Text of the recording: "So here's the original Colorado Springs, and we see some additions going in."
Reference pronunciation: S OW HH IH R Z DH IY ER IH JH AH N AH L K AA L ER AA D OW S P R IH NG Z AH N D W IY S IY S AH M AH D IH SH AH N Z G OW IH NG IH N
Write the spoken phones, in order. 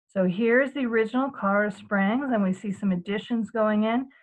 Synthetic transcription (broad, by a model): S OW HH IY R Z DH IY ER IH JH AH N L K AA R S P R IH NG Z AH N W IY S IY S AH M AH D IH SH AH N Z G OW IH NG IH N